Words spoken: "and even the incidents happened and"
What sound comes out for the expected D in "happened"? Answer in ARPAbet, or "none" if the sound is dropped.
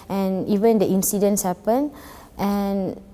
none